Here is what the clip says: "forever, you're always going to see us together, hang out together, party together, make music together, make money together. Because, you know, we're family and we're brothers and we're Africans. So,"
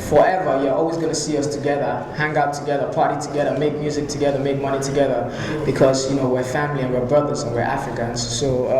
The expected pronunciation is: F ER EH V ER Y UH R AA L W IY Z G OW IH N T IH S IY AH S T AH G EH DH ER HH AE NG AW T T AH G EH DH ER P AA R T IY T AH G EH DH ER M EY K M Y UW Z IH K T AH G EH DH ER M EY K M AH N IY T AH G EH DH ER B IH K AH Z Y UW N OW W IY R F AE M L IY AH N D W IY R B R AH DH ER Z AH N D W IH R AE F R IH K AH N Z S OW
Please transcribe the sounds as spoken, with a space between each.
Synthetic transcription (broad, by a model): F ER EH V ER Y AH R AA L W IY Z G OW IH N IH S IY AH S T AH G EH DH ER HH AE NG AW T T AH G EH DH ER P AA R T IY T AH G EH DH ER M EY K M Y UW Z IH K T AH G EH DH ER M EY K M AH N IY T AH G EH DH ER B IH K AH Z Y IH N OW W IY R F AE M L IY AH N W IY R B R AH DH ER Z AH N W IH R AE F R IH K AH N Z S OW